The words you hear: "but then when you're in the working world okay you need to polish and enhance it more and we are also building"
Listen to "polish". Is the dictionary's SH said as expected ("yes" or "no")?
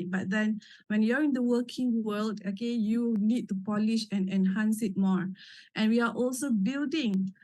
yes